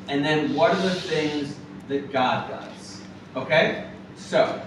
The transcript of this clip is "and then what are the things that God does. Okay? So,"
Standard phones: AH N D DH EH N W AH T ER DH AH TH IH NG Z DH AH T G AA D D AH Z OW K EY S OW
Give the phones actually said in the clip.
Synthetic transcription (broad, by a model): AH N DH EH N W AH T ER DH AH TH IH NG Z DH AH T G AA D D AH Z OW K EY S OW